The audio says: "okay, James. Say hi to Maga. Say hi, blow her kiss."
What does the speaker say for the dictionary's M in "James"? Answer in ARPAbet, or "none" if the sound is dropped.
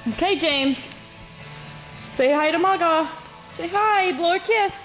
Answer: M